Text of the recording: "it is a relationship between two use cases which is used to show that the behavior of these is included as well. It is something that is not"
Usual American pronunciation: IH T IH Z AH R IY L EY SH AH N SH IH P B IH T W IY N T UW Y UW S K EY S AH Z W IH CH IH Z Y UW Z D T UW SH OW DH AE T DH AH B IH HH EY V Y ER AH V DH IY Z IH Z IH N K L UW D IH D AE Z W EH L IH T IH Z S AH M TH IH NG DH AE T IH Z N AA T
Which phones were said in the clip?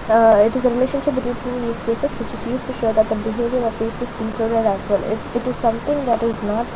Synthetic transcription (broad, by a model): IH T IH Z AH R IY L EY SH AH N SH IH P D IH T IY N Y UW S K EY S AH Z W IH CH IH Z Y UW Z T UW SH OW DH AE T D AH B IH HH EY V Y ER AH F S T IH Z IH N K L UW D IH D AE Z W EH L IH T IH Z S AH M T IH NG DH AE T IH Z N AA T